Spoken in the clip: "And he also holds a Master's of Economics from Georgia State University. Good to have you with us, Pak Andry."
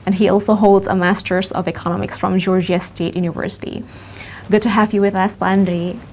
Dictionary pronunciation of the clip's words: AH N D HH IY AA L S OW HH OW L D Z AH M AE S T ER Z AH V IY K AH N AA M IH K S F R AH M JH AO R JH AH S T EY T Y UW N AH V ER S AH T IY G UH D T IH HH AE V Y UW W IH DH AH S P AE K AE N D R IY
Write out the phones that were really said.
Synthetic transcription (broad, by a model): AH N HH IY AA L S OW HH OW L D Z AH M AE S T ER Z AH V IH K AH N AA M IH K S F R AH M JH AO R JH AH S T EY T Y UW N AH V ER S AH T IY G UH D T IH HH AE V Y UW W IH DH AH S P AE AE N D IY